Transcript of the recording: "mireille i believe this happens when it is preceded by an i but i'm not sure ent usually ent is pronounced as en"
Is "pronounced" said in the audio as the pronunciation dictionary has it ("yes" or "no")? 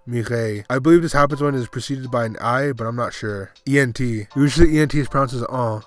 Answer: no